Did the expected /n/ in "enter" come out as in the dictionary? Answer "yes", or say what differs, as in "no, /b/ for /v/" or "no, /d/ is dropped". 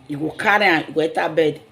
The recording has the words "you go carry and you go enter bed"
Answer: no, /n/ is dropped